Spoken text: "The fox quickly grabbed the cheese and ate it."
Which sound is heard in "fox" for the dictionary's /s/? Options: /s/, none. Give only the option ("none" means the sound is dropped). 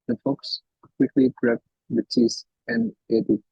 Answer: /s/